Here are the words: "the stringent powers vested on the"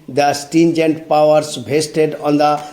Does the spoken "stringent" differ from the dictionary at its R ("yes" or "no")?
yes